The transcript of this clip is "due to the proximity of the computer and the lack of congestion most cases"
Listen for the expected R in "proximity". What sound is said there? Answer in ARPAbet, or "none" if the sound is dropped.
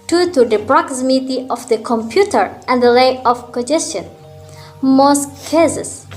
R